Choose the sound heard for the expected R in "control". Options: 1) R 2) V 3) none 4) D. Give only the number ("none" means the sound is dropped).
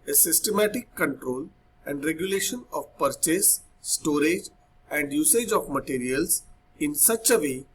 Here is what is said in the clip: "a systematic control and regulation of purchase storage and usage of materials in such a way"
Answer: 1